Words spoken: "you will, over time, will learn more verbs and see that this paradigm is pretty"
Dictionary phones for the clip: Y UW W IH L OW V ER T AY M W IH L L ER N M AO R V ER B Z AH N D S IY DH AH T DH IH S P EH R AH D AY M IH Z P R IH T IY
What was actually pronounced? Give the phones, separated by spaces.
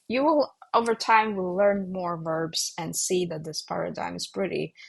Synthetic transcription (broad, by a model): Y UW W IH L OW V ER T AY M W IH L L ER N M AO R V ER B Z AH N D S IY DH AH T DH IH S P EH R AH D AY M IH Z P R IH T IY